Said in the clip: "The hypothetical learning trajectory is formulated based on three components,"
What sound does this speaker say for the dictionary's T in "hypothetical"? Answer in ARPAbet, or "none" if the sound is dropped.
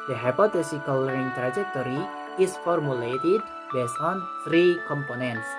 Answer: S